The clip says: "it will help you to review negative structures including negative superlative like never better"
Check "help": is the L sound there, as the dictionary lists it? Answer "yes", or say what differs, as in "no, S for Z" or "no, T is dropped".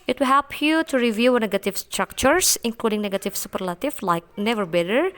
yes